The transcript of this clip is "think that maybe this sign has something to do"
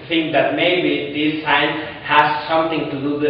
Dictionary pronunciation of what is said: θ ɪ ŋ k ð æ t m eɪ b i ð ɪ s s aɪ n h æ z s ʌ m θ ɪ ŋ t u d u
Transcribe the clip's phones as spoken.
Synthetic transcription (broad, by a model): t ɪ ŋ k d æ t m eɪ b i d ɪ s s aɪ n h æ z s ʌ m t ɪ ŋ t u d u